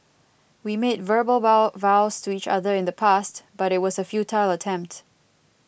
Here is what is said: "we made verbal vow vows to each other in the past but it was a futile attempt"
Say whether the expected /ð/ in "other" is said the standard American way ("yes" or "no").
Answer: yes